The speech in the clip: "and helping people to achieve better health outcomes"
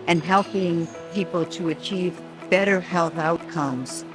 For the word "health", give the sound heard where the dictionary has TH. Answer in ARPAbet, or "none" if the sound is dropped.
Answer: TH